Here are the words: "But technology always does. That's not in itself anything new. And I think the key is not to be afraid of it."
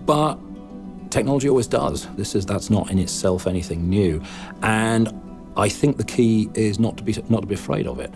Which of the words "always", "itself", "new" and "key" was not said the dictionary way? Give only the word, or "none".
none